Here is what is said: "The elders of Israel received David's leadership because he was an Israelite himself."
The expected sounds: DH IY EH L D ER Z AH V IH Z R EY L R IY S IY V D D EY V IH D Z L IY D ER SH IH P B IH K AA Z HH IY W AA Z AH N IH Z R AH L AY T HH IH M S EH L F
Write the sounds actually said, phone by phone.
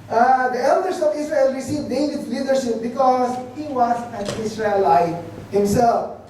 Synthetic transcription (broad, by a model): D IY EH L D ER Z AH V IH S R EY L R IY S IY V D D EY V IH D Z L IY D ER SH IH P B IH K AA Z HH IY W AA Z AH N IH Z R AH L AY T HH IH M S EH L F